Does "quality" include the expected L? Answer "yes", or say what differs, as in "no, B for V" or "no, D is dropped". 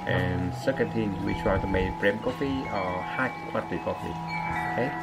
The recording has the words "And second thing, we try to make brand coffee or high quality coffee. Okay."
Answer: no, L is dropped